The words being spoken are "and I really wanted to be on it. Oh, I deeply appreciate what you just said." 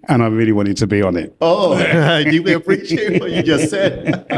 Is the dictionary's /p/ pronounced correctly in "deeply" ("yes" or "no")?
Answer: no